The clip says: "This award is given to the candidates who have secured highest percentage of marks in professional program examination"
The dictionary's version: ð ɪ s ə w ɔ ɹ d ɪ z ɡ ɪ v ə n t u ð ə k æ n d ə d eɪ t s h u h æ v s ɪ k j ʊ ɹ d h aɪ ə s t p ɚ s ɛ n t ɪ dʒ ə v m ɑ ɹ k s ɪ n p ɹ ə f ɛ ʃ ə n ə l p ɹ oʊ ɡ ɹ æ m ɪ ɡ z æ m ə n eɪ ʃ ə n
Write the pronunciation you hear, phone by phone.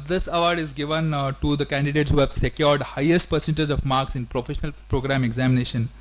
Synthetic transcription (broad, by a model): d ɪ s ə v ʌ ɹ d ɪ z ɡ ɪ v ə n t u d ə k æ n d ə d eɪ t s h u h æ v s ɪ k j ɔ ɹ d h aɪ ə s t p ɚ s ɛ n t ɪ dʒ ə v m ɑ ɹ k s ɪ n p ɹ ə f ɛ ʃ ə n ə l p ɹ oʊ ɡ ɹ æ m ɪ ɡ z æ m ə n eɪ ʃ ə n